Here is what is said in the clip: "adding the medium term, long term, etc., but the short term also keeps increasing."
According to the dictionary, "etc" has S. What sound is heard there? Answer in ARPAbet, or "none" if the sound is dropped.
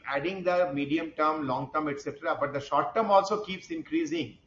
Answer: S